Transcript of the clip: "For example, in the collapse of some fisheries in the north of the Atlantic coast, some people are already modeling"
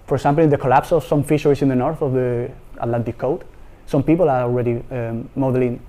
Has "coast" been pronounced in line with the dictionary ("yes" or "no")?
no